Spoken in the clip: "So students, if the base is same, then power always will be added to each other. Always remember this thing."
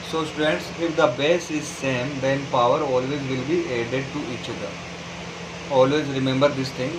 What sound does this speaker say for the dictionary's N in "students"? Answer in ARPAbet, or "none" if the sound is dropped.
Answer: N